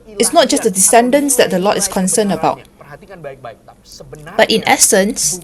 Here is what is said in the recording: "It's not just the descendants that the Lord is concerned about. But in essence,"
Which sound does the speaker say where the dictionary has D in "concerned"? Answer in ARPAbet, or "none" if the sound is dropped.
none